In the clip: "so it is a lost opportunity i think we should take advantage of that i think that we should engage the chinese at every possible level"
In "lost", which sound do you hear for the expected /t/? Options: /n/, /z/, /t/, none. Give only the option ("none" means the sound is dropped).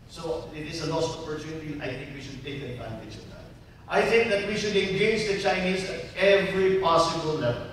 none